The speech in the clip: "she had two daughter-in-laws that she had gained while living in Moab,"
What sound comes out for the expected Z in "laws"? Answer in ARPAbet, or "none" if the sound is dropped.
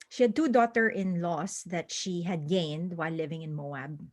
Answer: S